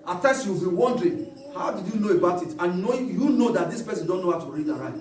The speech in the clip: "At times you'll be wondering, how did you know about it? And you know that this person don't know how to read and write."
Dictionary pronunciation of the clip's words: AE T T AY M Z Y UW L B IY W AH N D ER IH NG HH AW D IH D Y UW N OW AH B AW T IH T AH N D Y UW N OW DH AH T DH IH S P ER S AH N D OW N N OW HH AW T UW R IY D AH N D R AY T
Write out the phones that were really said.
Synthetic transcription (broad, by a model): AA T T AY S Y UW W B IY W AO N D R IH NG HH AW D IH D Y UW N OW AH B AW T IH T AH N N Y UW N OW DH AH T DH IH S P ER S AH N D OW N N OW HH AW T UW R IY D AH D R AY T